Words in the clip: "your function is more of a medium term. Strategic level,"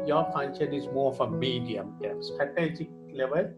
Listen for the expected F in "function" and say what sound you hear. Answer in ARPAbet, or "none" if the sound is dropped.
P